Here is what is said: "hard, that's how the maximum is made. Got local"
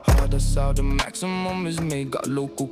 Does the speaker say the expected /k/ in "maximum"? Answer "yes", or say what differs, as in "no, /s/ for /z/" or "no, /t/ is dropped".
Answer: yes